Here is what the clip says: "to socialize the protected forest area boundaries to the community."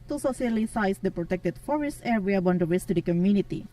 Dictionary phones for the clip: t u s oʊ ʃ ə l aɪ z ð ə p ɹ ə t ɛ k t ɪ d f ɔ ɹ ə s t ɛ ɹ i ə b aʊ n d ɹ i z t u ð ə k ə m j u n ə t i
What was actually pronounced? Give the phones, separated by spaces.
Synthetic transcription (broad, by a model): t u s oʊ s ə l aɪ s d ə p ɹ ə t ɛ k t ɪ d f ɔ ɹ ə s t ɛ ɹ i ə b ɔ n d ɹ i s t u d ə k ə m j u n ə t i